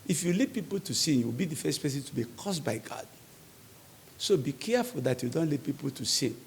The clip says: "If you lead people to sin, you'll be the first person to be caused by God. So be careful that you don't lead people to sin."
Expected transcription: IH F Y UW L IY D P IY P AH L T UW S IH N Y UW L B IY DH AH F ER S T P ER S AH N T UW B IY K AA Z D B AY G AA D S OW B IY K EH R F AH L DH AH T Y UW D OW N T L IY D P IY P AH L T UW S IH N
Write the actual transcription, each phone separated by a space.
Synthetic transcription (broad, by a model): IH F Y UW L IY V P IY P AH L T UW S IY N Y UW W B IY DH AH F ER S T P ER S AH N T UW B IY K AA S B AY G AA D S OW B IY K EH F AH L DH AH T Y UW D OW N T L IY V P IY P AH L T UW S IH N